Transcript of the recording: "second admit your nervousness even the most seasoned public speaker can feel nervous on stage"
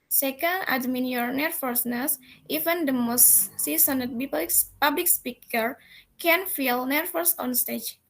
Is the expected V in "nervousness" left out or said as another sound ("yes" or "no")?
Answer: yes